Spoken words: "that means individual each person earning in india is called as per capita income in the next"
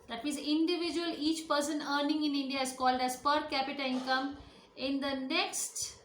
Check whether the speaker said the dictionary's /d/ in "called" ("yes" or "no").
yes